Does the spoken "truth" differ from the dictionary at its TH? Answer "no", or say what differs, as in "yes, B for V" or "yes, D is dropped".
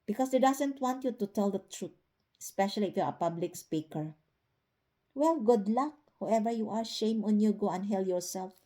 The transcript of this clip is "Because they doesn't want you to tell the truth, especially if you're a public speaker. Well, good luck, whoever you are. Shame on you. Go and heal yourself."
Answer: yes, T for TH